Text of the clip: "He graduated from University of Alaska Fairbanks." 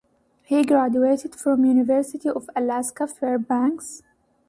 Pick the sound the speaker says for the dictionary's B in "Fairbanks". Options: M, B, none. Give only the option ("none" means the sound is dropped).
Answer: B